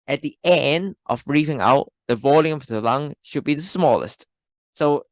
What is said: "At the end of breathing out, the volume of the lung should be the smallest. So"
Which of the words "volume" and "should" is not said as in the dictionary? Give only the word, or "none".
none